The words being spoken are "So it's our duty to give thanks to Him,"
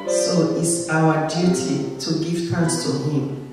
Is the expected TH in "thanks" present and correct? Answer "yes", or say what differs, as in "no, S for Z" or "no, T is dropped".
no, T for TH